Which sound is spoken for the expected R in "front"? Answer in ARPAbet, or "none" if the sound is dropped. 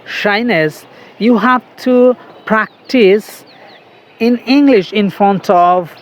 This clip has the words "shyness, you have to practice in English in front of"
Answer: none